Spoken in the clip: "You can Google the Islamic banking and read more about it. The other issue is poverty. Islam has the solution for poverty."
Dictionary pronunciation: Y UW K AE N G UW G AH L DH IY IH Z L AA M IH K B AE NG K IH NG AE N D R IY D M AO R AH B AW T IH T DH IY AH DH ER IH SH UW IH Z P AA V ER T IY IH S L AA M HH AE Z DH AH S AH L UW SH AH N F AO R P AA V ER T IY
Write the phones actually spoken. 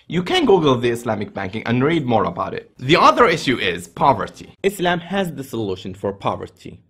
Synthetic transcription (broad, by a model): Y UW K AE N G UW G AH L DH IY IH S L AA M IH K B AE NG K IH NG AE N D R IY D M AO R AH B AW T IH T DH IY AH DH ER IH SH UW IH Z P AA V ER T IY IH S L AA M HH AE Z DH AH S AH L UW SH AH N F AO R P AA V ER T IY